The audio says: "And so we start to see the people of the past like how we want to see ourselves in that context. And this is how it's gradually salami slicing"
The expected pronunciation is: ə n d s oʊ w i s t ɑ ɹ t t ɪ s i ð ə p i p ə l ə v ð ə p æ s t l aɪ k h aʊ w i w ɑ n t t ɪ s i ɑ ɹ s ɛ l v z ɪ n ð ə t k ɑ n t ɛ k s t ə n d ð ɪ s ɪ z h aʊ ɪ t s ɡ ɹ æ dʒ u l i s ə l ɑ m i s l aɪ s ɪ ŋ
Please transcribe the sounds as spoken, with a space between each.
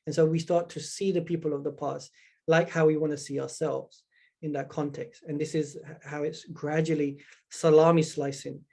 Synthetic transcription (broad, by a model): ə n s oʊ w i s t ɑ ɹ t t ɪ s i ð ə p i p ə l ə v ð ə p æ s t l aɪ k h aʊ w i w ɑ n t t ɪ s i ɑ ɹ s ɛ l v z ɪ n ð ə t k ɑ n t ɛ k s t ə n ð ɪ s ɪ z h aʊ ɪ t s ɡ ɹ æ dʒ u l i s ə l ɑ m i s l aɪ s ɪ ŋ